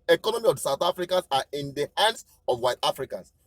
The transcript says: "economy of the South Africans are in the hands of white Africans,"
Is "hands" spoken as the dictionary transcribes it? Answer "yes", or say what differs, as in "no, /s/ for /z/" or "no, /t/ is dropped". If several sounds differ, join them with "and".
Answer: no, /s/ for /z/